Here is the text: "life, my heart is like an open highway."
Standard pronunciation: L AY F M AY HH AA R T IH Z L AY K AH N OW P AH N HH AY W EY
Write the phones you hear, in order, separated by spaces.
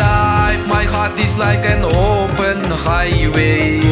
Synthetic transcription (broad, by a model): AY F M AY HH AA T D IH S L AY K AH N OW P AH N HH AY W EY